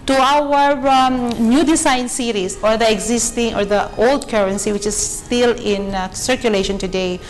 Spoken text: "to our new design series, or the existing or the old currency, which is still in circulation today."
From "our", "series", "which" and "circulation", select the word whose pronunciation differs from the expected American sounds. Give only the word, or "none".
series